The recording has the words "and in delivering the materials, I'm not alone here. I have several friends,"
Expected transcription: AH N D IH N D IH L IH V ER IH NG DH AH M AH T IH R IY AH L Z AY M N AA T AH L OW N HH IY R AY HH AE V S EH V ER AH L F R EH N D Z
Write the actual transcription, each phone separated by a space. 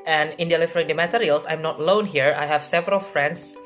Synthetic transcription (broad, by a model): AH N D IH N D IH L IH F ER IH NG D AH M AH T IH R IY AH L S AY M N AA T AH L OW N HH IY R AY HH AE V S EH V ER AH L F R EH N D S